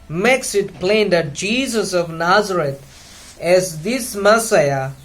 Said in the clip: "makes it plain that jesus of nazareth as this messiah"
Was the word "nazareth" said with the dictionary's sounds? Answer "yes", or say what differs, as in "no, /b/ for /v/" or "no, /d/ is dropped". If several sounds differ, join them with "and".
no, /t/ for /θ/